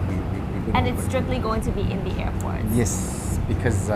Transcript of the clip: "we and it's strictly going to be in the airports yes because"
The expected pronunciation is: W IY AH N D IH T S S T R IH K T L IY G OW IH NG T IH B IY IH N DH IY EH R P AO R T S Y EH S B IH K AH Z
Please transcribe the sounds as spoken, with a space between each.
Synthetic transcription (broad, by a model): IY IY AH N IH T S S T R IH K T L IY G OW IH NG T IH B IY IH N DH IY EH R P AO R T Y EH S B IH K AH Z